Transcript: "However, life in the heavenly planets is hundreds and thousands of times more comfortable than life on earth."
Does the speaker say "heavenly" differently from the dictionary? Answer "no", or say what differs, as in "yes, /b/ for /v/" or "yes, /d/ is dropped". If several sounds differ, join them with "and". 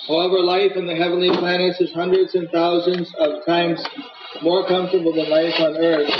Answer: no